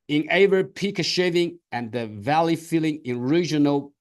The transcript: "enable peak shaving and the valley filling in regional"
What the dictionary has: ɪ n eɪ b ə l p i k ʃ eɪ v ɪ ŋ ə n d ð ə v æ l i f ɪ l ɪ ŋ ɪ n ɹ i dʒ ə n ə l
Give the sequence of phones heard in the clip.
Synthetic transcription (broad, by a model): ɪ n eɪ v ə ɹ p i k ʃ eɪ v ɪ ŋ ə n ð ə v æ l i f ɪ l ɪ ŋ ɪ n ɹ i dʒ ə n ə l